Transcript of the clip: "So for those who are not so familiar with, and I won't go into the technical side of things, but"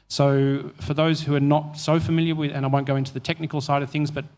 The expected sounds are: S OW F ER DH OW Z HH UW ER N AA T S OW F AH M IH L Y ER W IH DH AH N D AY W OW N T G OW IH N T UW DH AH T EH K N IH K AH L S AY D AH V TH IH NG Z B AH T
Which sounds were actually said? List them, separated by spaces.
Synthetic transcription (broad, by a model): S OW F ER DH OW Z HH UW ER N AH T S OW F AH M IH L Y ER W IH DH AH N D AY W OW N G OW IH N T UW DH AH T EH K N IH K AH L S AY D AH V TH IH NG Z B AH T